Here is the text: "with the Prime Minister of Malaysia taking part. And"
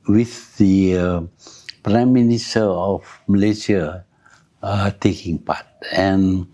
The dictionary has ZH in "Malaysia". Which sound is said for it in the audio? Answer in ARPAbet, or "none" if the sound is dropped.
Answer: S